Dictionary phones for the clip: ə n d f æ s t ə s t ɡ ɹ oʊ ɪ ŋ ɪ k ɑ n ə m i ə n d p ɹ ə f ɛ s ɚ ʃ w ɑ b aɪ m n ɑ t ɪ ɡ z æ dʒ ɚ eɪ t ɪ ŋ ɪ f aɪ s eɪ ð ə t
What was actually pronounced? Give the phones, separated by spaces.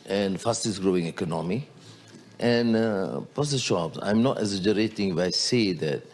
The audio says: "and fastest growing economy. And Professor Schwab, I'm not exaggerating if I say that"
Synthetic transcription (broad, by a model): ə n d f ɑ s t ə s ɡ ɹ oʊ ɪ ŋ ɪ k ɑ n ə m i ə n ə p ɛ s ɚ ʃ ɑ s aɪ m n ɑ t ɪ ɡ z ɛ dʒ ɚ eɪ t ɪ ŋ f aɪ s eɪ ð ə t